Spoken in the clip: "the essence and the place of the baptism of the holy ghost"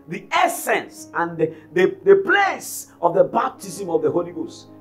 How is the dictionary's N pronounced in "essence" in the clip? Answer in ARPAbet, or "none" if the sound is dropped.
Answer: N